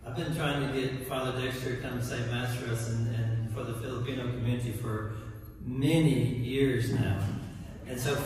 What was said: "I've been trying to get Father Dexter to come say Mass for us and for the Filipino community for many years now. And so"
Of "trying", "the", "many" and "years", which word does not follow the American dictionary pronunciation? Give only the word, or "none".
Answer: none